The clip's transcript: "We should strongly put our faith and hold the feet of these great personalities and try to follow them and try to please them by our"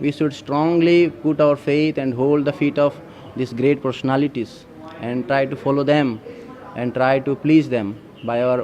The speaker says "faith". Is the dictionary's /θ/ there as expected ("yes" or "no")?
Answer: no